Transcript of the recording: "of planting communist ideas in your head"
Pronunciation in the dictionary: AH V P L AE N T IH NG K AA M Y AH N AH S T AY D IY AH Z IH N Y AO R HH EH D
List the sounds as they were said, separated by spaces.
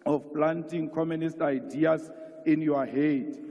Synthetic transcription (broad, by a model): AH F P L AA N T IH NG K AA M Y AH N AH S T AY D IY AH S IH N Y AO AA HH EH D